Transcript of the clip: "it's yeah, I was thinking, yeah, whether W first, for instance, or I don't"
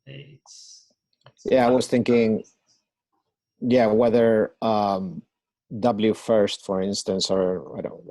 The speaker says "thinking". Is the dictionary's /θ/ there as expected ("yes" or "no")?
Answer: yes